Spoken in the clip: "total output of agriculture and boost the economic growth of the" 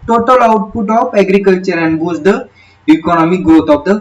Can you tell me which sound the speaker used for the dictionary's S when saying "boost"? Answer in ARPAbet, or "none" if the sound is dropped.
none